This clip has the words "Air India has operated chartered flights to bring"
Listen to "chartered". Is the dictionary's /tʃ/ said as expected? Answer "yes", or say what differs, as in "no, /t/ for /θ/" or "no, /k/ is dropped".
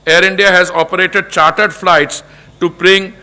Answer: yes